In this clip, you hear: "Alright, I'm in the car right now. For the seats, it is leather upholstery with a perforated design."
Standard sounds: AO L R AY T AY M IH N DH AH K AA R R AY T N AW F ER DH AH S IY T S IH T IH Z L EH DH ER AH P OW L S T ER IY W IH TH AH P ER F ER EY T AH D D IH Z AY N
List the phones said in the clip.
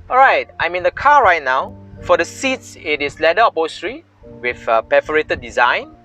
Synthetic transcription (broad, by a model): AO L R AY T AY M IH N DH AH K AA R R AY T N AW F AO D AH S IY T S IH T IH S L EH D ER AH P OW S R IY W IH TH AH P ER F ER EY T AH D D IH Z AY N